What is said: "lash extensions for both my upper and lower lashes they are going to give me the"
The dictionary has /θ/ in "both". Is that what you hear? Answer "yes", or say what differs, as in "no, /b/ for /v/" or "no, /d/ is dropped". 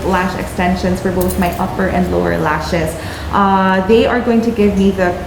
yes